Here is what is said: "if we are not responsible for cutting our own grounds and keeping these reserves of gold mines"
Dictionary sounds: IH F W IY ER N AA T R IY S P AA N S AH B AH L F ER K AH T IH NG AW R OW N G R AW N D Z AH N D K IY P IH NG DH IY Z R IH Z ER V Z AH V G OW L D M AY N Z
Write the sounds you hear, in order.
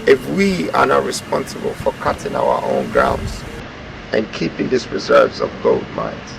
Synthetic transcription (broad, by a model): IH F W IY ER N AA T R IY S P AA N S AH B AH L F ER K AH T IH NG AW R OW N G R AW N D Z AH N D K IY P IH NG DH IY S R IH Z ER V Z AH V G OW L D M AY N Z